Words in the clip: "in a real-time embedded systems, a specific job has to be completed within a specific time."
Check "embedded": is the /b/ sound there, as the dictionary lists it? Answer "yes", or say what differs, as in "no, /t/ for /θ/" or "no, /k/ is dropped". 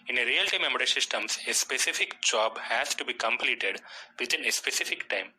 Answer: no, /b/ is dropped